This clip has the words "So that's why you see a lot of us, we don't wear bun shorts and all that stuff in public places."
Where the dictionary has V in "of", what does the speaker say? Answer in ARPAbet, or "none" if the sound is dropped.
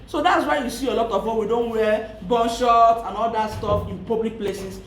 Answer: W